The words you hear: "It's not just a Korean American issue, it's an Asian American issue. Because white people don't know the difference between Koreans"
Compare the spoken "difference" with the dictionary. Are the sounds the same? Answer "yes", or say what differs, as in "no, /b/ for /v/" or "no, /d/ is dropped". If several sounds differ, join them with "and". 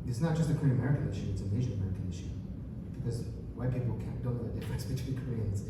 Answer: no, /n/ is dropped